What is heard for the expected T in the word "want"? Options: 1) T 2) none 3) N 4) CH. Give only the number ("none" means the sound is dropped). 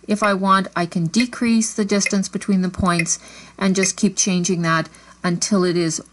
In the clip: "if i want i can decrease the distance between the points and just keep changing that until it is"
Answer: 1